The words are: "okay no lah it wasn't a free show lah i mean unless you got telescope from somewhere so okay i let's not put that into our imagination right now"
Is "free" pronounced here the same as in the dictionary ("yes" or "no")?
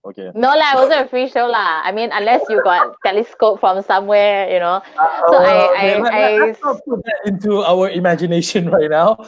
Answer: no